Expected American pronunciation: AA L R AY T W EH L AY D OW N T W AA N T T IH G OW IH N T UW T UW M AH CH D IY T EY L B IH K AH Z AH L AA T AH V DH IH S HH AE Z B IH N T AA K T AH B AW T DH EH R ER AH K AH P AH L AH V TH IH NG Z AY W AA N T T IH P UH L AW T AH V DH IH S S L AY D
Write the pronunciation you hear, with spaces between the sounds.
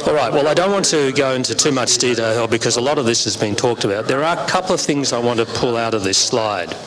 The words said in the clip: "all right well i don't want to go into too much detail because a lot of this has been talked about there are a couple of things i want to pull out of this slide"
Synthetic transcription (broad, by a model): AA L R AY T W EH L AY D OW N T W AA N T T IH G OW IH N T UW T UW M AH CH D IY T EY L B IH K AH Z AH L AA T AH V DH IH S HH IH Z B IH N T AA K T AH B AW T DH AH R ER AH K AH P L AH V TH IH NG Z AY W AA N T T IH P UH L AW T AH V DH IH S S L AY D